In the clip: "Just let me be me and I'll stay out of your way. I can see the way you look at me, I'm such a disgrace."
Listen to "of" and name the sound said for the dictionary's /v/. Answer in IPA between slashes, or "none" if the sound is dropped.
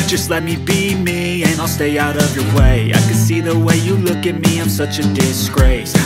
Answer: /v/